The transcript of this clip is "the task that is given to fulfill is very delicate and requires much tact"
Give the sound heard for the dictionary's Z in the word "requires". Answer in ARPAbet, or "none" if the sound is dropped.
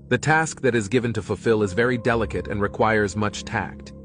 Z